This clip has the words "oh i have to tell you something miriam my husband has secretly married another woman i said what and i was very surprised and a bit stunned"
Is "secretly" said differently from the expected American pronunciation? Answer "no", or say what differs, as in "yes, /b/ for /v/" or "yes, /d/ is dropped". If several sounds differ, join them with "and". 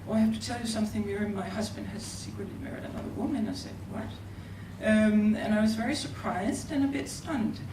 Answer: no